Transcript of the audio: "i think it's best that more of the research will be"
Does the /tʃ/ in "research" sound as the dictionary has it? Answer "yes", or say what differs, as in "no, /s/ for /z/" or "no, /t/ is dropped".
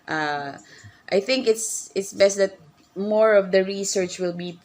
yes